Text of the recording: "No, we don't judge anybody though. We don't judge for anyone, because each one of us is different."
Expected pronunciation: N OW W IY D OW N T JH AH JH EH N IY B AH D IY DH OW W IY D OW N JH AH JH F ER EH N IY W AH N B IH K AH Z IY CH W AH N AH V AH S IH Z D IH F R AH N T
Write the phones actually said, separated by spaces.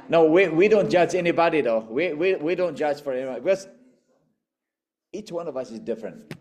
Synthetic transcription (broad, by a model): N OW W IY D OW N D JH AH JH EH N IY B AH D IY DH OW W IY D OW N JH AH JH F ER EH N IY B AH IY B IH K AH Z IY CH W AH N AH V AH S IH Z D IH F R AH N T